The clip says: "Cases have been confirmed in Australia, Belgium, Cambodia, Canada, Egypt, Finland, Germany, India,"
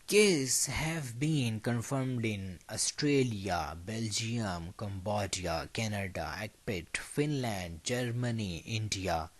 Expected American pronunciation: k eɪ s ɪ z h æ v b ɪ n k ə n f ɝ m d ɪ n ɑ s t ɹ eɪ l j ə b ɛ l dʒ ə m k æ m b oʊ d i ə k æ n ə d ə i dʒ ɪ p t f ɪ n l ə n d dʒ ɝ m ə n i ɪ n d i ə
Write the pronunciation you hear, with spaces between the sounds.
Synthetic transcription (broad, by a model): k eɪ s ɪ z h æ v b ɪ n k ə n f ɝ m d ɪ n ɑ s t ɹ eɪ l j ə b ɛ l dʒ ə m k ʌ m b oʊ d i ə k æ n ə d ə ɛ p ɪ t f ɪ n l ə n d dʒ ɝ m ə n i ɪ n d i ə